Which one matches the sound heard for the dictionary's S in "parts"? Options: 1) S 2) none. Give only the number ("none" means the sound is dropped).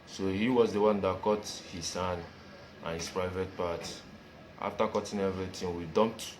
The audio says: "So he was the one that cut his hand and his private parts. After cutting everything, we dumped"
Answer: 2